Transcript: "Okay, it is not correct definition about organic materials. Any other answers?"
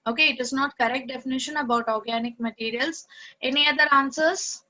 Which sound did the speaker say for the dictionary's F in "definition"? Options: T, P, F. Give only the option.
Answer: F